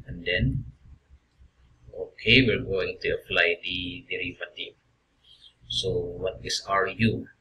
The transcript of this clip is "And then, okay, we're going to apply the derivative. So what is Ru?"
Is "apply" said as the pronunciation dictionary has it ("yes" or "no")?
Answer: no